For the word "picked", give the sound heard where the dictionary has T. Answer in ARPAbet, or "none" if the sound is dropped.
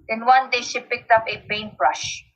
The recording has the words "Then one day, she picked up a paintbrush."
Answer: T